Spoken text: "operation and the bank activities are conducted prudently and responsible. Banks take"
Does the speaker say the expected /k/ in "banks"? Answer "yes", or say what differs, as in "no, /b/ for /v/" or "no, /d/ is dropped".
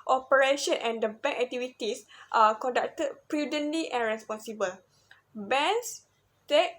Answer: no, /k/ is dropped